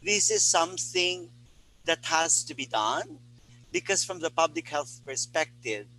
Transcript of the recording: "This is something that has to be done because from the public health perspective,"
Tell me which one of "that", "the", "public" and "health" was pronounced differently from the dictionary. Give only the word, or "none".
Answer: none